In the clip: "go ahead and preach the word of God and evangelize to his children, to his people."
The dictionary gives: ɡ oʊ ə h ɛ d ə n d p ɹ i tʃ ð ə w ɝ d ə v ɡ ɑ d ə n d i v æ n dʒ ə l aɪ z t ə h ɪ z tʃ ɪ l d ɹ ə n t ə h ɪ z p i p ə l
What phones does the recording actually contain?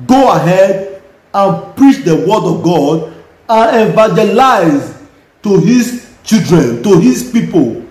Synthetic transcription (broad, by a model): ɡ oʊ ə h ɛ d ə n p ɹ i tʃ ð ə w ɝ d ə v ɡ ɑ d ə n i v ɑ dʒ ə l aɪ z t ə h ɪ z tʃ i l d ɹ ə n t ə h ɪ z p i p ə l